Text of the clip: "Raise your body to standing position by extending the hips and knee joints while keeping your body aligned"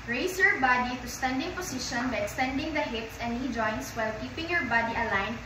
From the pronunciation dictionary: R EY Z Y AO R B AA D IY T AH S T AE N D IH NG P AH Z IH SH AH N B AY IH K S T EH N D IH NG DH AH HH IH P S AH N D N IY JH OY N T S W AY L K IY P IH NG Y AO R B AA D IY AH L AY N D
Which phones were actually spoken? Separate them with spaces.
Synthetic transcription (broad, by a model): R EY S Y AO R B AA D IY T AH S T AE N D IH NG P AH S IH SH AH N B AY IH K S T EH N D IH NG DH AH HH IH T S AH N N IY JH OY N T S W AY L K IY P IH NG Y AO R B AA D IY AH L AY N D